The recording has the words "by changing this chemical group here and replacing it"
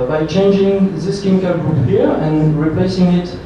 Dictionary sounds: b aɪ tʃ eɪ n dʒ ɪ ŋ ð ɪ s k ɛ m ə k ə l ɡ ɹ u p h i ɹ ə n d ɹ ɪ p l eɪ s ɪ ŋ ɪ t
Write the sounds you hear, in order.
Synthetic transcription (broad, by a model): b aɪ tʃ eɪ n dʒ ɪ ŋ ð ɪ s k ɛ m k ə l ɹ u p h i ɹ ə n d ɹ ɪ p l eɪ s ɪ ŋ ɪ t